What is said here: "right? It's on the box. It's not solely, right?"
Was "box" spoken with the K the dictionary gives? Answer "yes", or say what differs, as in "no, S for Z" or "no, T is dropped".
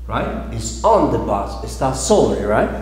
no, K is dropped